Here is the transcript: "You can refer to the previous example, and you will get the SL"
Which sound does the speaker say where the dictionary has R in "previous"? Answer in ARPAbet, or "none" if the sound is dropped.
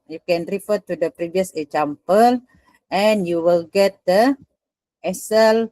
R